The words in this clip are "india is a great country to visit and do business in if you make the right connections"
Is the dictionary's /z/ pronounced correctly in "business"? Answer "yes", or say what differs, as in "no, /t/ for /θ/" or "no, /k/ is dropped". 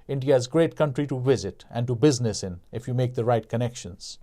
yes